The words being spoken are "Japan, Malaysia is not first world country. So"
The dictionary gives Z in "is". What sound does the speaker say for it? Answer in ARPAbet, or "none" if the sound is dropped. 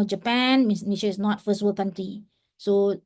S